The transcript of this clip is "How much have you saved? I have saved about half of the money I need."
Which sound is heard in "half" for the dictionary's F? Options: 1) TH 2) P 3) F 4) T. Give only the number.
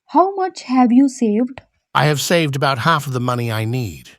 3